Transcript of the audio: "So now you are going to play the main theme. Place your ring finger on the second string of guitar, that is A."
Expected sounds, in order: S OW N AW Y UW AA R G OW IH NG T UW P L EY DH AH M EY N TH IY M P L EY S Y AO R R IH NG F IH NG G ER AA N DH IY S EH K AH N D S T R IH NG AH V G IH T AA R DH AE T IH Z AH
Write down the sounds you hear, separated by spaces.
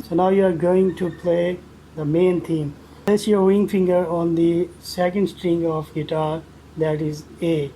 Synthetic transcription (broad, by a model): S OW N AW Y UW AA R G OW IH NG T UW P L EY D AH M EY N T IY M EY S Y AO R W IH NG F IH NG G ER AA N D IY S EH K AH N D S T R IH NG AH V G IH T AA R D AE T IH Z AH